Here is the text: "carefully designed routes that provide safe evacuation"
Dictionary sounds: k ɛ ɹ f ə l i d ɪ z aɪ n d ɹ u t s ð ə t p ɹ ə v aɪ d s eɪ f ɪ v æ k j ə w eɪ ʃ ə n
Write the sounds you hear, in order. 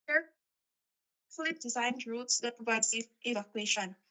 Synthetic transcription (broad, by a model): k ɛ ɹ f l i d ɪ z aɪ n d ɹ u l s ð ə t p ɹ ə v aɪ d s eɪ ɪ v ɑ k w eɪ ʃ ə n